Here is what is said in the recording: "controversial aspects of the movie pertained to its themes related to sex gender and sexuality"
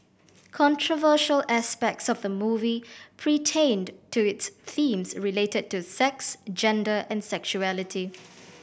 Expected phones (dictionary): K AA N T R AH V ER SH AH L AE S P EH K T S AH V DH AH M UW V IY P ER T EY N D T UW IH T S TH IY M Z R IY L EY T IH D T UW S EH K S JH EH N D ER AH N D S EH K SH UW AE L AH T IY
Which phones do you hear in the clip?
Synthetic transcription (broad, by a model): K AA N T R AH V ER SH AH L AE S P EH K T S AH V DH AH M UW V IY P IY T EY N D T UW IH T S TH IY M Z R IY L EY T IH D T UW S EH K S JH EH N D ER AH N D S EH K SH UW AE L AH T IY